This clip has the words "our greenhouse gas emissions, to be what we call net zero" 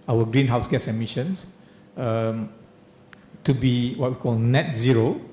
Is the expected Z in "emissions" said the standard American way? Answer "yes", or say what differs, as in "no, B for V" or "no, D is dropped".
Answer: no, S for Z